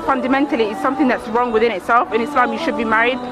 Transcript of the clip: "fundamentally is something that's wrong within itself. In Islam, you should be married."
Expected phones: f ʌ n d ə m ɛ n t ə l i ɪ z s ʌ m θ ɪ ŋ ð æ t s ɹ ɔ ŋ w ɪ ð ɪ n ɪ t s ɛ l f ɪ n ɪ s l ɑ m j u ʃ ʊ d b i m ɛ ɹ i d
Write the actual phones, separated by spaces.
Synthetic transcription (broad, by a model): f ʌ n d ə m ɛ n t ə l i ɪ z s ʌ m θ ɪ ŋ ð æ t s ɹ ɔ ŋ w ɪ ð ɪ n ɪ t s ɛ l f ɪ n ɪ s l ɑ m j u ʃ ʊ d b i m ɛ ɹ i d